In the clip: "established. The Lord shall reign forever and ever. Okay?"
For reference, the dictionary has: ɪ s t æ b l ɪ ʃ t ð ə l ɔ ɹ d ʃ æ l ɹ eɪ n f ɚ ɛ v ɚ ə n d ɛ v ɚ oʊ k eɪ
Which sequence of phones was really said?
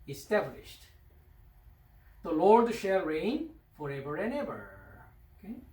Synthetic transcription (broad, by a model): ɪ s t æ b l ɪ ʃ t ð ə l ɔ ɹ d ʃ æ l ɹ eɪ n f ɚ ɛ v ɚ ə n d ɛ v ɚ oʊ k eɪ